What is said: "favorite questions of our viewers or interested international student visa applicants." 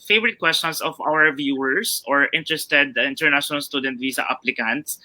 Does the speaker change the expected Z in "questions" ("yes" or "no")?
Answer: yes